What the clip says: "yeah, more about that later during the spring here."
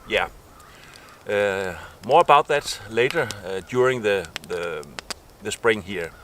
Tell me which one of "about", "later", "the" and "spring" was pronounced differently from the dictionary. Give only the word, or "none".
none